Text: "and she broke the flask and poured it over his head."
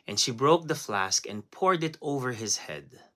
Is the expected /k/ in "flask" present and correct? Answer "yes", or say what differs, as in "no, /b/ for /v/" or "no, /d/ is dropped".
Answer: yes